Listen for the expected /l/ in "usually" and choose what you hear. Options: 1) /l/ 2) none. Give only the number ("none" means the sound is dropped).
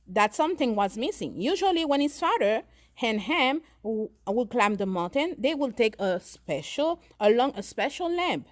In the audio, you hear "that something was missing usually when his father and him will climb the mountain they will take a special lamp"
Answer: 1